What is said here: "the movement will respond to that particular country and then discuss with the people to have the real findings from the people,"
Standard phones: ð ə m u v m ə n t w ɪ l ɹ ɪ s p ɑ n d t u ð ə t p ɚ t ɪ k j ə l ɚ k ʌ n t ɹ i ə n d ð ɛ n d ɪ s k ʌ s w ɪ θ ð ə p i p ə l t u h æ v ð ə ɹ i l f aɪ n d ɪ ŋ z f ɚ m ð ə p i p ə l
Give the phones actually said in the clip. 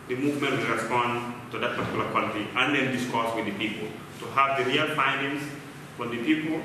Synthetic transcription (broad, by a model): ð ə m u v m ə n t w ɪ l ɹ ɪ s p ɑ n d t u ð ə t p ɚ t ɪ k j l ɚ k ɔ l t i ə n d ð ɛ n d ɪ s k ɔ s w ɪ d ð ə p i p ə l t u h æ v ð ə ɹ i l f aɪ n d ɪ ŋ s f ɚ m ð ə p i p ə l